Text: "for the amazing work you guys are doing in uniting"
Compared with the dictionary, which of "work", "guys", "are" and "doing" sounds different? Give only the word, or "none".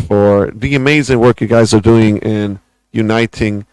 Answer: none